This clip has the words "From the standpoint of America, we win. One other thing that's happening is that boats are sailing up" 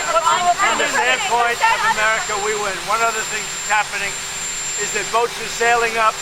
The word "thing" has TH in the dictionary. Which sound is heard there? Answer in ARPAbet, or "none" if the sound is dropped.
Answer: TH